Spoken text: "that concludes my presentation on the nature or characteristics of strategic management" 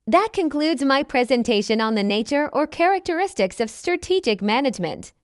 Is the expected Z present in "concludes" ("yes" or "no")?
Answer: yes